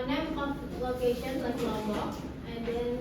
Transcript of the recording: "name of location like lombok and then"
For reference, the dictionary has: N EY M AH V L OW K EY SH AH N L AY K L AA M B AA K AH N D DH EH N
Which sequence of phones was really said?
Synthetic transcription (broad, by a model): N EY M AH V L OW K EY SH AH N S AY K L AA B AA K AH N D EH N